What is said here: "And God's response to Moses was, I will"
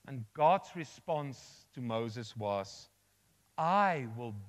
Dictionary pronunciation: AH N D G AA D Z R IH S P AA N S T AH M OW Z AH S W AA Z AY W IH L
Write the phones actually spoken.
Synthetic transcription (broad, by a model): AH N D G AA D Z R IH S P AA N S T AH M OW Z AH S W AA Z AY W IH L